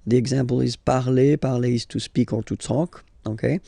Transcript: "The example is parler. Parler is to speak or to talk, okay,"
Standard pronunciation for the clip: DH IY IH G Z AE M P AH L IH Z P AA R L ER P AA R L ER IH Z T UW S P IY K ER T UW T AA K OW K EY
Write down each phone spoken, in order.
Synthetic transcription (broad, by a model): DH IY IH G Z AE P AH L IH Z P AA R L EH P AA R L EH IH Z T UW S P IY K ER T UW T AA K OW K EY